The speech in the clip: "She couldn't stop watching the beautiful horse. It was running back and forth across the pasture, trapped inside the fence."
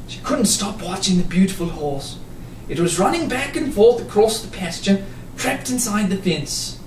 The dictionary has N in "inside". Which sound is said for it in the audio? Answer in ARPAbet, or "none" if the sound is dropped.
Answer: N